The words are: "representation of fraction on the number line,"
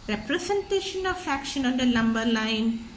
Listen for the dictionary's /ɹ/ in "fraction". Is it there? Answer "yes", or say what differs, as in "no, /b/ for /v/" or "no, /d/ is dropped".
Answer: no, /ɹ/ is dropped